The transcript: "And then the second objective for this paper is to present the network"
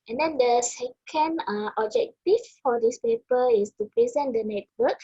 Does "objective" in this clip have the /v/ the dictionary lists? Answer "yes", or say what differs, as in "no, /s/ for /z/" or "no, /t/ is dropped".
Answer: no, /f/ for /v/